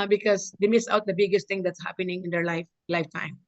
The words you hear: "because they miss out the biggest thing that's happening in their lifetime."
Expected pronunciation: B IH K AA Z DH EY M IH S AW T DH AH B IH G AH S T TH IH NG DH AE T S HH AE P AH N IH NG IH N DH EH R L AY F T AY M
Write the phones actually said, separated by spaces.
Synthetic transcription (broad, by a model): B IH K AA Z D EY M IH S AW T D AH B IH G AH S T T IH NG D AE T S HH AE P AH N IH NG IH N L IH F L AY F T AY M